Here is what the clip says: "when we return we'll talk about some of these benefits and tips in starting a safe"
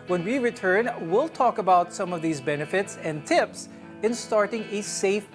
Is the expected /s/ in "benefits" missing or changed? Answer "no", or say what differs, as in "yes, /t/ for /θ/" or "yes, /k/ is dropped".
no